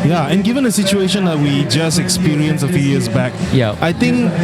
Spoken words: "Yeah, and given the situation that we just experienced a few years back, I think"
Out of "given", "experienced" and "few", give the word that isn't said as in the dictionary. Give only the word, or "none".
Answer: experienced